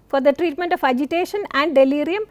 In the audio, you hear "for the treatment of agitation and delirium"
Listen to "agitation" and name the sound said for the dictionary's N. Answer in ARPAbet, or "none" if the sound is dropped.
N